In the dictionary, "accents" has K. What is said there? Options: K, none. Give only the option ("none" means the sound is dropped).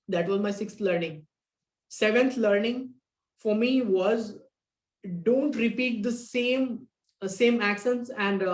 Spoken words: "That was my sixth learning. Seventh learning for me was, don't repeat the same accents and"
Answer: K